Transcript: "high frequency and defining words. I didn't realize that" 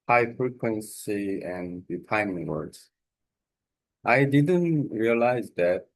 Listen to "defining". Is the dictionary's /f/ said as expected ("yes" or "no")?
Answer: no